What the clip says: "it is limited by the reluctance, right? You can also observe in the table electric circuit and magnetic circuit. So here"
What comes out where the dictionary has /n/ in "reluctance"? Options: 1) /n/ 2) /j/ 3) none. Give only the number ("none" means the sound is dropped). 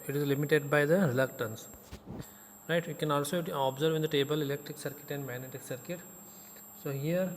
1